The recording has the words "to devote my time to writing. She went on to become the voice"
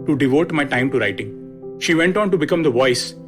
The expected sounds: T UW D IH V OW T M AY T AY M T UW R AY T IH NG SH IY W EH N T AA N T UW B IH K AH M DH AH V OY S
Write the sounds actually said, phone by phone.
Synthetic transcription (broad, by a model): T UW D IH V OW T M AY T AY M T UW R AY T IH NG SH IY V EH N T AA N T UW B IH K AH M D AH V OY S